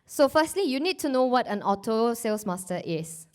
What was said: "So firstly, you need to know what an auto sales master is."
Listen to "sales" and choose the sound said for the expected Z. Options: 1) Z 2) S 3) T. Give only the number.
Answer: 2